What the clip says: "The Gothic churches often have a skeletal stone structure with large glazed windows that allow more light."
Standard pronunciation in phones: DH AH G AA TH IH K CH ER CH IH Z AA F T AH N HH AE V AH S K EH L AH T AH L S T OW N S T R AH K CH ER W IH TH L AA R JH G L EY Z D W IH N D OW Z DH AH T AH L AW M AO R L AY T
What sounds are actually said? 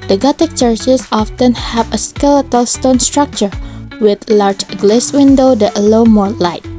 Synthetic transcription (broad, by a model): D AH G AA T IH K CH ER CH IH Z AA F T AH N HH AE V AH S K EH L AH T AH L S T OW N S T R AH K CH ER W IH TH L AA R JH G L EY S W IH N D OW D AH T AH L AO M AO R L AY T